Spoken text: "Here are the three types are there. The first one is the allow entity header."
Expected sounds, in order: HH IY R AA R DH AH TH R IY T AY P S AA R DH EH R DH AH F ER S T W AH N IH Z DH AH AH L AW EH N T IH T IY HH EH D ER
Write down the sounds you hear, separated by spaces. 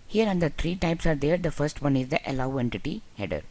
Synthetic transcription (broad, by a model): HH IY R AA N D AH T R IY T AY P S AA R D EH R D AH F ER S T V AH N IH Z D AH AH L AW EH N T IH T IY HH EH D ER